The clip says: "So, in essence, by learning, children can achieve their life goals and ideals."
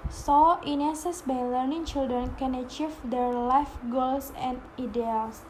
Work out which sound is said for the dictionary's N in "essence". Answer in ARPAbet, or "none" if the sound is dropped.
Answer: none